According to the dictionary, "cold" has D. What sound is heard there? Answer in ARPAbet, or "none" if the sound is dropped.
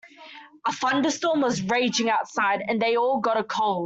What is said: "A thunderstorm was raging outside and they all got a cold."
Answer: none